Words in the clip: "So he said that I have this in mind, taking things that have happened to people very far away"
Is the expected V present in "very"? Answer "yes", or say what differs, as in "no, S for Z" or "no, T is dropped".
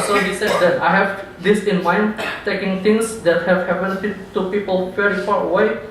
no, F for V